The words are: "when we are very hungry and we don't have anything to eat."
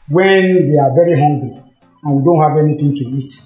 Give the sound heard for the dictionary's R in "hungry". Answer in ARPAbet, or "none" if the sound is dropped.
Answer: L